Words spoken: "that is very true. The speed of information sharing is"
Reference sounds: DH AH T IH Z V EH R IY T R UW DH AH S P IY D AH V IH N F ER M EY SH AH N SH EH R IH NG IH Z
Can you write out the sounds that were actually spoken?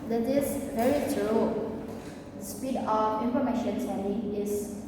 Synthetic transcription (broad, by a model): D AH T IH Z V EH R IY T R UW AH S P IY D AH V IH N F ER M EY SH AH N S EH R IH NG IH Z